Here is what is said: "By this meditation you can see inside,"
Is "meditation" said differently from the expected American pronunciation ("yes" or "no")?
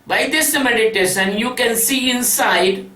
yes